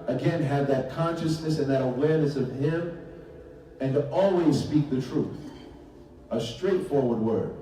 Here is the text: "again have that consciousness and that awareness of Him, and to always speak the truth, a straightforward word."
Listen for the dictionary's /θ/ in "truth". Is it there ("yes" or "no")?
yes